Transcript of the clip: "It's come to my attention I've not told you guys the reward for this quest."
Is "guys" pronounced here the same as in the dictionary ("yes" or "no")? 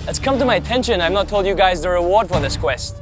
yes